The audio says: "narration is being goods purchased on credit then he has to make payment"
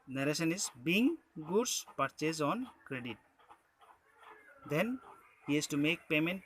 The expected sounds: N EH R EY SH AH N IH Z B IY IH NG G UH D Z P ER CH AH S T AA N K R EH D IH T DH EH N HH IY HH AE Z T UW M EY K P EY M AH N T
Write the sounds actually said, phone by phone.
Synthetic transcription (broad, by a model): N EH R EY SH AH N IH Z B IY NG G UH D S P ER CH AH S AA N K R EH D IH T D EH N HH IY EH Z T UW M EY K P EY M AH N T